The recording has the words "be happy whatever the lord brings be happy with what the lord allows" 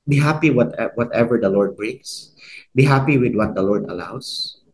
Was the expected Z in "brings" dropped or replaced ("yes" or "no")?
yes